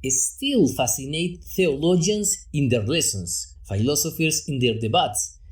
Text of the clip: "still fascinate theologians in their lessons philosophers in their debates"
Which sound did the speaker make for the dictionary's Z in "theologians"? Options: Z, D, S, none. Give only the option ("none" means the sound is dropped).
S